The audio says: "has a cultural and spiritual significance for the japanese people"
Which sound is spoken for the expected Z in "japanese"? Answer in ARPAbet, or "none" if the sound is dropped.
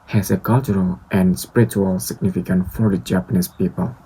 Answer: S